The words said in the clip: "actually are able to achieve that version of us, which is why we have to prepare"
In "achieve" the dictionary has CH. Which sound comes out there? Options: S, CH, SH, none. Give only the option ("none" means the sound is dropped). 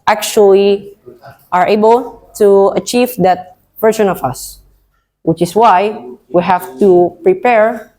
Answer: CH